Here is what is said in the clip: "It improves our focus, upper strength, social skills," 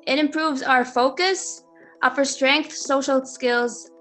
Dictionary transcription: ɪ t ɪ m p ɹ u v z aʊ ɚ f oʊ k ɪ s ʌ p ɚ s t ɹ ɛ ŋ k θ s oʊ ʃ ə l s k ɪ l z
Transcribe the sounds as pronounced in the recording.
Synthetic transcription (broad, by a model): ɪ t ɪ m p ɹ u v z aʊ ɚ f oʊ k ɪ s ʌ p ɚ s t ɹ ɛ ŋ k θ s oʊ ʃ l s k ɪ l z